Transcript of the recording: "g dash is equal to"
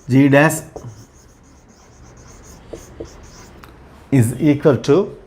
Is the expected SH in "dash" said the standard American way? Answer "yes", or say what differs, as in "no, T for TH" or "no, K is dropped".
no, S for SH